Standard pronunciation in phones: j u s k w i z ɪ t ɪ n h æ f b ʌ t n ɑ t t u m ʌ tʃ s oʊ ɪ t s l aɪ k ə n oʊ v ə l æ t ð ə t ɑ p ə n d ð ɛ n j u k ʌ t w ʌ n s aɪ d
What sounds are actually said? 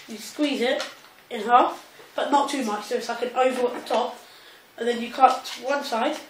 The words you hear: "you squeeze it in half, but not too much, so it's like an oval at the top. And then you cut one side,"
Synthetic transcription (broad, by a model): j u s k w i z ɪ t ɪ n h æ f b ʌ t n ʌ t t u m ʌ tʃ s oʊ ɪ t s l aɪ k ə n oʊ v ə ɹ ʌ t ð ə t ɑ p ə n ð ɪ n j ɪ k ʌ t w ʌ n s aɪ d